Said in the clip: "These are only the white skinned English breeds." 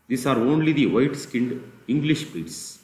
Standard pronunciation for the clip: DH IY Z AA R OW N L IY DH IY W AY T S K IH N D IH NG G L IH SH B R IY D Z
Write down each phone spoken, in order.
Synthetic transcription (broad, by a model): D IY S AA R OW N L IY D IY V AY T S K IH N D IH NG G L IH SH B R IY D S